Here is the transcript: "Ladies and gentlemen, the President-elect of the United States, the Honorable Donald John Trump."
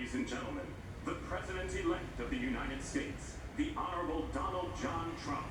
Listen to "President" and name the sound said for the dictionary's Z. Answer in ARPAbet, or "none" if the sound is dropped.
Z